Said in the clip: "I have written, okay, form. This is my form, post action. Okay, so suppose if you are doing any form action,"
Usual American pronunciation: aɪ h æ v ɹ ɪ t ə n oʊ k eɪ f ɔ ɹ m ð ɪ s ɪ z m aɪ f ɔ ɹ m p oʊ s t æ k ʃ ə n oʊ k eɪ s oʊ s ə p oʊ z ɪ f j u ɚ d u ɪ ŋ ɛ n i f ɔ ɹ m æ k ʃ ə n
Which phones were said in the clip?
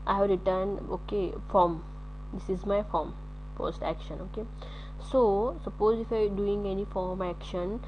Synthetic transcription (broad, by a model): aɪ h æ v ɹ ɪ t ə n oʊ k eɪ f ɔ ɹ m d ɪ s ɪ z m aɪ f ɔ ɹ m f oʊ s t æ k ʃ ə n oʊ k eɪ s oʊ s ə p oʊ z ɪ f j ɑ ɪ d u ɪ ŋ ɛ n i f ɔ ɹ m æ k ʃ ə n